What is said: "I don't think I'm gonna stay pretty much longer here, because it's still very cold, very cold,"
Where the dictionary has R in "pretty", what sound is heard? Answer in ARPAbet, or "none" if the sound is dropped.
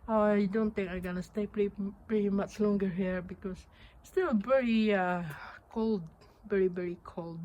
R